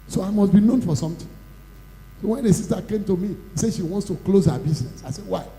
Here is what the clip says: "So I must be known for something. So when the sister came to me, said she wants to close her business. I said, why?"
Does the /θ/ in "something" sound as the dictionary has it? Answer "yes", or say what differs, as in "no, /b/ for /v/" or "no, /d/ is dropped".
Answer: no, /t/ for /θ/